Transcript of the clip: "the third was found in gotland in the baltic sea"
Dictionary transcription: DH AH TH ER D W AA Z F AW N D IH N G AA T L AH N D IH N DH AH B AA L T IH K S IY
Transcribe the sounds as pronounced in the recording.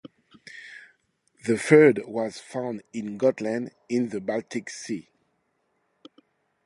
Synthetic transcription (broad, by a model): DH AH F ER D W AA Z F AW N D IH N G AA T L AH N D IH N DH AH B AA L T IH K S IY